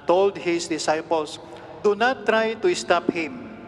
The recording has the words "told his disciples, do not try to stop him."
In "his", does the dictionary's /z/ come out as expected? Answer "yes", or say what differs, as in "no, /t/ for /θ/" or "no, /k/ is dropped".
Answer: no, /s/ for /z/